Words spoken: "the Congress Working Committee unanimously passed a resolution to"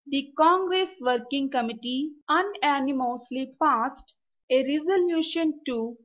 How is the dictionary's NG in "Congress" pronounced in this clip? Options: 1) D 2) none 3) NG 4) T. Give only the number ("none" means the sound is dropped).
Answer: 3